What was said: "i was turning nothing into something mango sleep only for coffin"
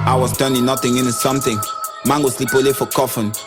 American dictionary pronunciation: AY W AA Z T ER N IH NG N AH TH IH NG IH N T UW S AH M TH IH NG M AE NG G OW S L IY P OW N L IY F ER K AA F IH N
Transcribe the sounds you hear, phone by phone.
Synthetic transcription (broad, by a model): AY W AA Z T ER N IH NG N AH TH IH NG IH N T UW S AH M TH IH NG M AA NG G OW S L IY P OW L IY F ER K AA F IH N